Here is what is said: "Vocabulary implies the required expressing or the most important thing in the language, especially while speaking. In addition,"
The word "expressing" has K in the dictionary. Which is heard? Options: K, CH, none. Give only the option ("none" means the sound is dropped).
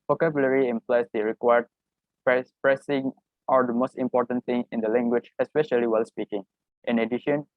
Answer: none